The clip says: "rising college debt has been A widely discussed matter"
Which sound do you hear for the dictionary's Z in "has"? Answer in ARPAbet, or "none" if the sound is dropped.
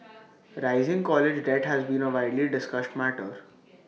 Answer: Z